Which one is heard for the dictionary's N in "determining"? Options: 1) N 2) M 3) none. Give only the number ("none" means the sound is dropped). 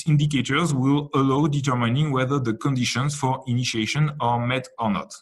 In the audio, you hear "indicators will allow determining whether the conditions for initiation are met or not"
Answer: 1